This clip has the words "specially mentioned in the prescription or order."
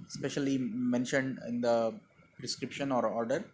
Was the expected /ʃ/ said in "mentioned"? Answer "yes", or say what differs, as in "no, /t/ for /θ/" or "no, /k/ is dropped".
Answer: yes